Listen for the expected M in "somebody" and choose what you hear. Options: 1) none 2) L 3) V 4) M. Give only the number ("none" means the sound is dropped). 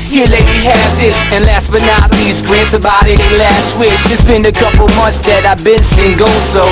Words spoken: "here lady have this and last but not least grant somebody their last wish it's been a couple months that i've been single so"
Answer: 1